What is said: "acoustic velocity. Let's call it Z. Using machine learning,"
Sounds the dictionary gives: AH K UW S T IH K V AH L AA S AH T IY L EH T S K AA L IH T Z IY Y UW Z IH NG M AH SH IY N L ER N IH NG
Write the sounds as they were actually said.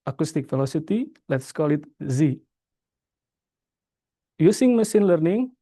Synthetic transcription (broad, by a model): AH K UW S T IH K F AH L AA S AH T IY L EH T S K AA L IH T Z IY Y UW S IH NG M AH S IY N L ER N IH NG